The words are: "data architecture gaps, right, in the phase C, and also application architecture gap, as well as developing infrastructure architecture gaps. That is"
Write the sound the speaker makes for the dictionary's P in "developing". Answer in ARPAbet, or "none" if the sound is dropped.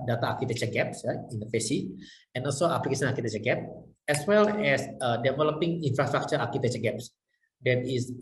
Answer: P